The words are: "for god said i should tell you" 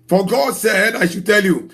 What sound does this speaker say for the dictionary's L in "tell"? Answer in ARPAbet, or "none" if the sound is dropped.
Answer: L